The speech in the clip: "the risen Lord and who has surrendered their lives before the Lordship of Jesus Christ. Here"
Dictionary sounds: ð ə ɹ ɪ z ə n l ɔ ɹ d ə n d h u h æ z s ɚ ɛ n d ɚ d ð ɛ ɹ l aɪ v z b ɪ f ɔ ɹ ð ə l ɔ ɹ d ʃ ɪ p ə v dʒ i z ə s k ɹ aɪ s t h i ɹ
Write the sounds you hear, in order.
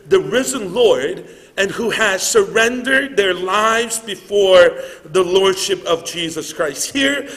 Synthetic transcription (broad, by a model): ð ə ɹ ɪ z ə n l ɔ ɹ d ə n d h u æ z s ɚ ɛ n d ɚ d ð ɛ ɹ l aɪ v z b ɪ f ɔ ɹ ð ə l ɔ ɹ d ʃ ɪ p ə v dʒ i z ə s k ɹ aɪ s t h i ɹ